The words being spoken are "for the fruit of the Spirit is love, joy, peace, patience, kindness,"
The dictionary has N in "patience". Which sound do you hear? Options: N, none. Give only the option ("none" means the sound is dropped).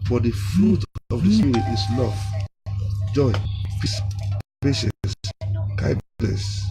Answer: none